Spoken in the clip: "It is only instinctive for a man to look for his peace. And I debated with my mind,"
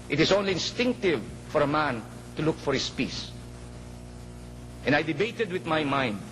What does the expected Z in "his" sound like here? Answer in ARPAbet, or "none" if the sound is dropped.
S